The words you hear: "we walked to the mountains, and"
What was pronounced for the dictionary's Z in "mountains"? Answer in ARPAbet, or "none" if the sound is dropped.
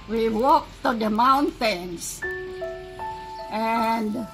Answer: S